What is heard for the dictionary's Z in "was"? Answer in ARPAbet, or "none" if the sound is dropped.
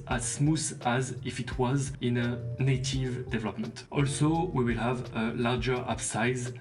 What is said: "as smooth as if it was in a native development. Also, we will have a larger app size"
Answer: Z